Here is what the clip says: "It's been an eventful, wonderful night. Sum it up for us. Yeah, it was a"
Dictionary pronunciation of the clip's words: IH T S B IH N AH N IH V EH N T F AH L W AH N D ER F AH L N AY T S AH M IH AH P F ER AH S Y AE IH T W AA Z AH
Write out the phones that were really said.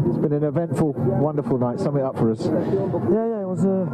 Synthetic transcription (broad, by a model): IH T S B IH N AH N IH V EH N T F AH L W AH N D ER F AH L N AY T S AH M IH AH P F ER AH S Y AE IH T W AA Z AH